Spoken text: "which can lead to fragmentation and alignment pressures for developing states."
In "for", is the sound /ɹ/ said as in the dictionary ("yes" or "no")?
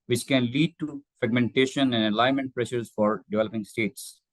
yes